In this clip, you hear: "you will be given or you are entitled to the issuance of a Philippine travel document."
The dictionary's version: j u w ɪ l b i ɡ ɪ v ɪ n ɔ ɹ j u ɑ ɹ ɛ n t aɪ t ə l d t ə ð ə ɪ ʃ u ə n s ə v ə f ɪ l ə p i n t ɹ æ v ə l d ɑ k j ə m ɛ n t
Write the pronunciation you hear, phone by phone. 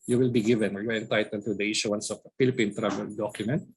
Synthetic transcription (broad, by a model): j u w ɪ l b i ɡ ɪ v ɪ n ɔ ɹ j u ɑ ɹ ɛ n t aɪ t ə l d t ə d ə ɪ ʃ u ə n s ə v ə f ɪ l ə p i n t ɹ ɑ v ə l d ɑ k j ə m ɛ n t